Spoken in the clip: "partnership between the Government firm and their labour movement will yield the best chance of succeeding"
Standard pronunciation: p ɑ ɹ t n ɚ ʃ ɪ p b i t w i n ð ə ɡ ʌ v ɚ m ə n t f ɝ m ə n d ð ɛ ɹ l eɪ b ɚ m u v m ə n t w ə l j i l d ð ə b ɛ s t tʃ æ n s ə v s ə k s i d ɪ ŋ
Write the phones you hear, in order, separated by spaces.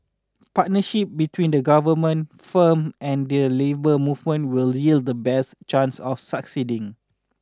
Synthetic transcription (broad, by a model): p ɑ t n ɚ ʃ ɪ p b i t w i n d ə ɡ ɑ v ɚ m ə n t f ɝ m ə n d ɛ l eɪ b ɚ m u v m ə n t w ə l j i l d ə b ɛ s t tʃ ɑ n s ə f s ə k s i d ɪ ŋ